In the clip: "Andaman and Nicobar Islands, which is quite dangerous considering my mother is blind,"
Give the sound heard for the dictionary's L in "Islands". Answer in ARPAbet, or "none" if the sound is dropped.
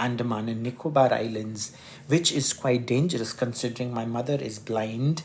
L